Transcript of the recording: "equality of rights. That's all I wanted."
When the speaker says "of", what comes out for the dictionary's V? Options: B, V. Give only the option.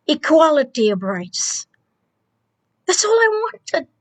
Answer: B